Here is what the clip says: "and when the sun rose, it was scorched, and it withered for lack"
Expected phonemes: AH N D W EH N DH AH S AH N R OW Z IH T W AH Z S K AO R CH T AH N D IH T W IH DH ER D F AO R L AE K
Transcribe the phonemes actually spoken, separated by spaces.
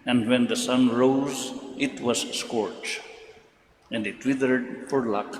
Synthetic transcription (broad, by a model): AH N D W EH N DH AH S AH N R OW Z IH T W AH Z S K AO R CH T AH N D IH T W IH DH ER D F AO R L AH K